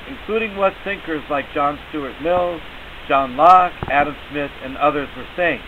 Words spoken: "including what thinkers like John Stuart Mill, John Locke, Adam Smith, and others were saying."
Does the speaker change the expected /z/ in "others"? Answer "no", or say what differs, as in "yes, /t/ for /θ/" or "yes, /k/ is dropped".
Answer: no